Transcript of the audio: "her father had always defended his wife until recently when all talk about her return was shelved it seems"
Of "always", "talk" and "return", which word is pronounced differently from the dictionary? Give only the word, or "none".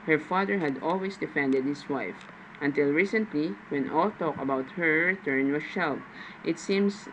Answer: always